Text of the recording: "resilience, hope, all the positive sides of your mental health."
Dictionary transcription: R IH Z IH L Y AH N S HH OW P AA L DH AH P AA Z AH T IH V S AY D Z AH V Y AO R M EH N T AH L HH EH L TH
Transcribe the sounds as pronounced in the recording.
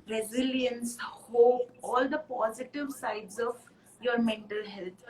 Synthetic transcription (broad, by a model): R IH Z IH L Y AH N S HH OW AA L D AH P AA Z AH T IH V S AY D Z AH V Y AO R M EH N T AH L HH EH L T